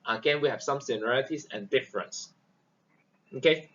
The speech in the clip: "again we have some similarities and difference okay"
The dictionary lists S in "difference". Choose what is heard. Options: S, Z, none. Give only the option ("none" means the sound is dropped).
S